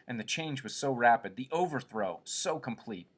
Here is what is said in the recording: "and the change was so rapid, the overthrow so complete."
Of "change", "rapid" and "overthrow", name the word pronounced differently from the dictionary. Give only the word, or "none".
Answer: none